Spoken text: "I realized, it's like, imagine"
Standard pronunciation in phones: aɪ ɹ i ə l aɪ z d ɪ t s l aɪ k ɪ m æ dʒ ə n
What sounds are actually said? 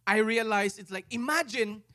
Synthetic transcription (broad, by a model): aɪ ɹ i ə l aɪ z ɪ t s l aɪ k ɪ m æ dʒ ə n